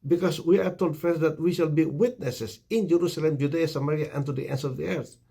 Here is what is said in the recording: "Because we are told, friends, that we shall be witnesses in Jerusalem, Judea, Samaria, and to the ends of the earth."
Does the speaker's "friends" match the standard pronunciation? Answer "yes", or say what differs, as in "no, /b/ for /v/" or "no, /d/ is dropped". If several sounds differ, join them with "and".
no, /ɹ/ is dropped